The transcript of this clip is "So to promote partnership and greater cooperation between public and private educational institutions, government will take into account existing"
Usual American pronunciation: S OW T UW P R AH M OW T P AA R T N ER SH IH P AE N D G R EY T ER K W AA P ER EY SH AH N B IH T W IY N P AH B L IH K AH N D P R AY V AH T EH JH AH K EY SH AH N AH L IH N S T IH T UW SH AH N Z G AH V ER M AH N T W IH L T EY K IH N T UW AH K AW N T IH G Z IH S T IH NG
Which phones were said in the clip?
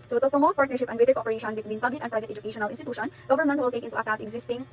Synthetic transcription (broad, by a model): S OW T UW P R AH M OW T P AA R T N ER SH IH P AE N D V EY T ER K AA P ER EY SH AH N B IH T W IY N P AH B L IH K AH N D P R AY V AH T EH JH AH K EY SH AH N AH L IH N S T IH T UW SH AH N G AH V ER M AH N T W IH L T EY K IH N T UW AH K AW T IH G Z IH S T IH NG